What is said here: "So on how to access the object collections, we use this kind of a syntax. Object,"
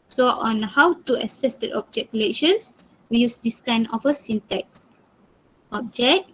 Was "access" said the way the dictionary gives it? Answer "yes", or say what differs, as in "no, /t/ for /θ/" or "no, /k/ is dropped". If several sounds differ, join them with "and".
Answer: no, /k/ is dropped